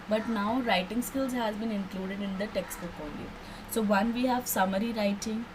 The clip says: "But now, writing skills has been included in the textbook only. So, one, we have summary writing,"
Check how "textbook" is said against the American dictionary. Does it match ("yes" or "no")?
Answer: no